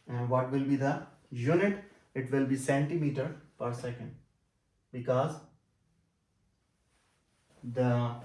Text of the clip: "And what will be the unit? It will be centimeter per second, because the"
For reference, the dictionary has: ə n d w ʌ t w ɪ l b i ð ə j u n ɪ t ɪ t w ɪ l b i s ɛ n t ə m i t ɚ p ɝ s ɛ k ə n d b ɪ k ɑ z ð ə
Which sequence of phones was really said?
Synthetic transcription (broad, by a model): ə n d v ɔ t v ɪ l b i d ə j u n ɪ t ɪ t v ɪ l b i s ɛ n t ə m i t ɚ p ɝ s ɛ k ə n d b ɪ k ɑ z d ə